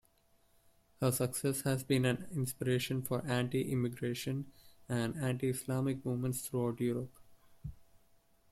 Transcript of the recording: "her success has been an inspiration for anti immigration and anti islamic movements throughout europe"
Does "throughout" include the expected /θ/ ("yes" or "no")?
no